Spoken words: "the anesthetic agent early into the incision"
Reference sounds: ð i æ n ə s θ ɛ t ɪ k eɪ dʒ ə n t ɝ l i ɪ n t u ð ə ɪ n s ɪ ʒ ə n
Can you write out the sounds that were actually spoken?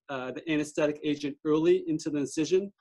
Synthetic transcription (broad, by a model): ð i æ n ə s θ ɛ t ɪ k eɪ dʒ ə n t ɝ l i ɪ n t u ð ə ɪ s ɪ ʒ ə n